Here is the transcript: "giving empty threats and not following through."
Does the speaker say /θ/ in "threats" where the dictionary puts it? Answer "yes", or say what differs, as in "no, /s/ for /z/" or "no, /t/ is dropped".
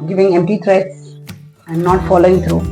no, /t/ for /θ/